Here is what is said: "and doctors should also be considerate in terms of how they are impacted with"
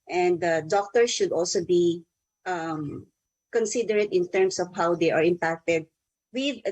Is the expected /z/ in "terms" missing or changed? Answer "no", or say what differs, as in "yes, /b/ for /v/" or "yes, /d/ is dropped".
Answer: yes, /s/ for /z/